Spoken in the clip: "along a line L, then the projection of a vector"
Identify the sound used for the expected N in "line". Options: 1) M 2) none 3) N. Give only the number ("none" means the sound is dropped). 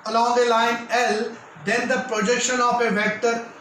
3